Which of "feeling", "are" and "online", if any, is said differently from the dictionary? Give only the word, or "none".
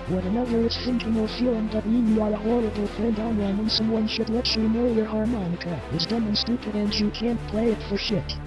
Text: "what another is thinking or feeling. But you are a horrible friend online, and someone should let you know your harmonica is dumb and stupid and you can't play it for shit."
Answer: online